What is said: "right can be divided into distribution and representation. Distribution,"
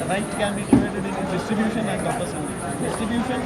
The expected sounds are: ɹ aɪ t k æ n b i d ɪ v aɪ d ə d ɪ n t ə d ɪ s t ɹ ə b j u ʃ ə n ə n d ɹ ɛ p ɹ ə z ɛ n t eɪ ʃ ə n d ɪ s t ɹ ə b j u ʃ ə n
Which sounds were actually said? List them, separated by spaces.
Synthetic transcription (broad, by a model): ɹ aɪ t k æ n b i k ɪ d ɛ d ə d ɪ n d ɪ s t ɹ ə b j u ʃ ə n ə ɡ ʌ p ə s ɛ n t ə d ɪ s t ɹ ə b j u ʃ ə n